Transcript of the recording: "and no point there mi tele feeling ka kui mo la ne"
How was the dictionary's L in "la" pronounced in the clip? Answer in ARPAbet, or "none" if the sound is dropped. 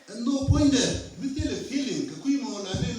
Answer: N